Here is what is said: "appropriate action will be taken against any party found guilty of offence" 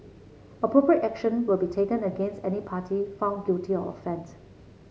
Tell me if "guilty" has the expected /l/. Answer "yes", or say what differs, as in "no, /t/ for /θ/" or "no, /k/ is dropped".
no, /l/ is dropped